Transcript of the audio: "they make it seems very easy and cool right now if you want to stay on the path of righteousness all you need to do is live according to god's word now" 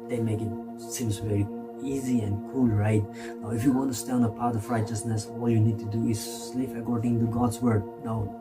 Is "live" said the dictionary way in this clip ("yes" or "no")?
no